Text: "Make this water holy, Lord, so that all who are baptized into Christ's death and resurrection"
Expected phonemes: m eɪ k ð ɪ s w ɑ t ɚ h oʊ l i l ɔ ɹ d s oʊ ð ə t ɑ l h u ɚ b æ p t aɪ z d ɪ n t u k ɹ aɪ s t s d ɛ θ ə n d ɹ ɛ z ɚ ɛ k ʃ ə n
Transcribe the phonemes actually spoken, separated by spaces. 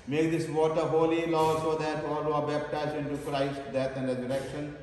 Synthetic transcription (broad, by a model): m eɪ k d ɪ s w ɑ t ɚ h oʊ l i l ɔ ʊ s oʊ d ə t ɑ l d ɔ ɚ b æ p t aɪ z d ɪ n t u k ɹ aɪ s t d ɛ t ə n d ɹ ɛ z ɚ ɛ k ʃ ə n